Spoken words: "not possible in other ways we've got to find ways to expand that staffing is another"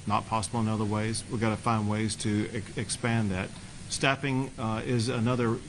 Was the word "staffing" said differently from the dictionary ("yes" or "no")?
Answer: yes